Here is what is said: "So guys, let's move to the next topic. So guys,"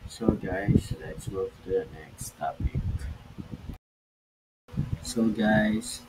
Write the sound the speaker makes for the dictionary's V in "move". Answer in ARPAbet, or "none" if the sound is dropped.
F